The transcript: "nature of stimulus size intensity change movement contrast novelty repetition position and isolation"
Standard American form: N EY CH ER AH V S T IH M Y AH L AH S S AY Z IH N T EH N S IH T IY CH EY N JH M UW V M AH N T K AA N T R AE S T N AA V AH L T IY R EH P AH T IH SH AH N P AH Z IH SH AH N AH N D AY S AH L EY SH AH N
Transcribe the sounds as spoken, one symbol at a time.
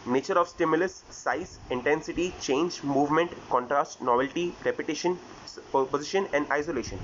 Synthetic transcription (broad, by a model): N EY CH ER AH V S T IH M Y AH L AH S S AY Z IH N T EH N S IH T IY CH EY N JH M UW V M AH N T K AA N T R AE S T N AA V AH L T IY R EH P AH T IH SH AH N P AH Z IH SH AH N AH N D AY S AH L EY SH AH N